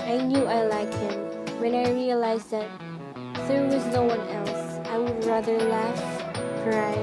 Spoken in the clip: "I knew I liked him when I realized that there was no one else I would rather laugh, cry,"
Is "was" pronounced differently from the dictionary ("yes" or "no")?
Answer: no